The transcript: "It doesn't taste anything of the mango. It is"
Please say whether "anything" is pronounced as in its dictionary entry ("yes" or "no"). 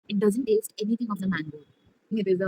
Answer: no